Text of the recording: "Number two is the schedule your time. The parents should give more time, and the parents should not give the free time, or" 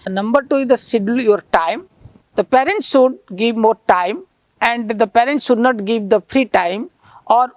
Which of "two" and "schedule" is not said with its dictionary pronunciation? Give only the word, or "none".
schedule